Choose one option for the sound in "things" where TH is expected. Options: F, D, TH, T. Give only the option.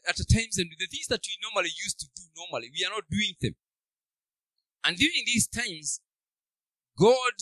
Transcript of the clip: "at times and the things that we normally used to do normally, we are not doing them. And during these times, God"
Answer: TH